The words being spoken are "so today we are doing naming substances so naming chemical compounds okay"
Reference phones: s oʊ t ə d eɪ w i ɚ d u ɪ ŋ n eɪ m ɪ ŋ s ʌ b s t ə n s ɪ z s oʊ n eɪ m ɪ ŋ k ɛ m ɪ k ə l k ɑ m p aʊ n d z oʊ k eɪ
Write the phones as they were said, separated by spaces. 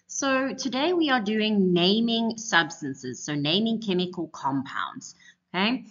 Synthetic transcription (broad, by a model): s oʊ t ə d eɪ w i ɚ d u ɪ ŋ n eɪ m ɪ ŋ s ʌ b s t ə n s ɪ z s oʊ n eɪ m ɪ ŋ k ɛ m ɪ k ə l k ɑ m p aʊ n d z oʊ k eɪ